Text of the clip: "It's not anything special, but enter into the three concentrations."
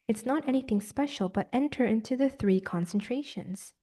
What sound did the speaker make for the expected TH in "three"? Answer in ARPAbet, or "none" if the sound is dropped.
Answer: TH